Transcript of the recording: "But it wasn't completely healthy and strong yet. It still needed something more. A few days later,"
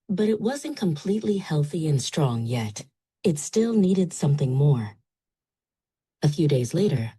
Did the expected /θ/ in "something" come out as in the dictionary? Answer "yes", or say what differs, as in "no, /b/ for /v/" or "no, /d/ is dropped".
yes